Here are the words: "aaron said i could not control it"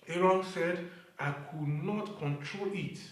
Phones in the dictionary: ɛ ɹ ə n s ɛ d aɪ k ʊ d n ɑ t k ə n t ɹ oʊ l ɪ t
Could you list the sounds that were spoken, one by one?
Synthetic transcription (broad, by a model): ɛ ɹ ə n s ɛ d aɪ k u d n ɑ t k ə n t ɹ oʊ l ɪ t